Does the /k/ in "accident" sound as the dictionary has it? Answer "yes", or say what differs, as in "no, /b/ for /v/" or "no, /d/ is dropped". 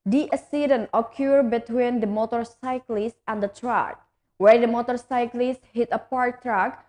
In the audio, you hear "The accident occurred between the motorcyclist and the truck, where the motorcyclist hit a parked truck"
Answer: no, /k/ is dropped